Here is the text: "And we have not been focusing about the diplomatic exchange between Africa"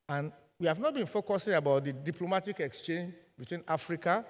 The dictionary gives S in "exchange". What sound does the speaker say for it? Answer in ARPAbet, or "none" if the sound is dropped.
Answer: S